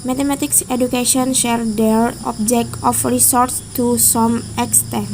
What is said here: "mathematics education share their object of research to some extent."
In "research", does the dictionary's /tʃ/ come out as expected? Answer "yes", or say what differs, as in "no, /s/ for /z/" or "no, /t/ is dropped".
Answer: no, /s/ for /tʃ/